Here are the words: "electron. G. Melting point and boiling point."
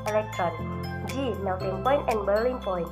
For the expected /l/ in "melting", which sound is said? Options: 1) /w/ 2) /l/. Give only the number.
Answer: 1